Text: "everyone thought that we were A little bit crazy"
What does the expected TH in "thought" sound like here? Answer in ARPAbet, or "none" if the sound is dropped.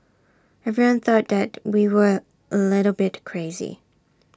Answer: TH